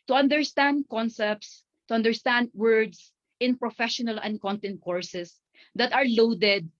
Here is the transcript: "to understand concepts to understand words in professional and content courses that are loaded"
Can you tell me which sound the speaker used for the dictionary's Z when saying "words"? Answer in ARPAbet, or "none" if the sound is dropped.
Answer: S